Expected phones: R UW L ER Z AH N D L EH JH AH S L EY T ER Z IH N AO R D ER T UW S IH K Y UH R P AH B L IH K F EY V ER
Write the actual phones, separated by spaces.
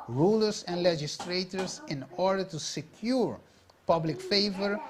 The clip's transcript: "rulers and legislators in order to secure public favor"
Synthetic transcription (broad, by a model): R UW L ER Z AH N D L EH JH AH S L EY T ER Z IH N AO R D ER T UW S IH K Y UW R P AH B L IH K F EY V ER